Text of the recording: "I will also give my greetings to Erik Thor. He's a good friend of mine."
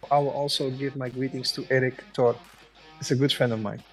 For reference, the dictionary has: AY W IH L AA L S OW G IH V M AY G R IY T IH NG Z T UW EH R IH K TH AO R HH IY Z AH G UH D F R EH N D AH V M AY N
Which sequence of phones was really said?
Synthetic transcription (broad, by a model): AY W IH L AA L S OW G IH V M AY G R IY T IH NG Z T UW EH R IH K T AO R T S AH G UH D F R EH N D AH V M AY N